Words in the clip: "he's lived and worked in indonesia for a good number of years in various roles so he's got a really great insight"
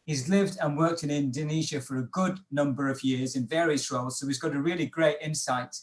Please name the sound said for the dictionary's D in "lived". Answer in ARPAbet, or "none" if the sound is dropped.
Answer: D